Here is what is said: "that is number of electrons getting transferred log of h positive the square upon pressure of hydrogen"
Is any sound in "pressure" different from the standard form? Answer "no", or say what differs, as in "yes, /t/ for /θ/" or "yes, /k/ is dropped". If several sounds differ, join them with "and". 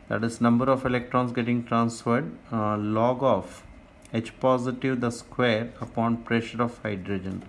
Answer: no